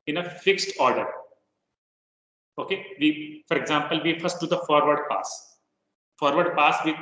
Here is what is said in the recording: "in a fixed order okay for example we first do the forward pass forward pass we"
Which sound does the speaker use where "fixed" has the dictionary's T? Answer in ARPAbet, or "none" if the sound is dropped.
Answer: T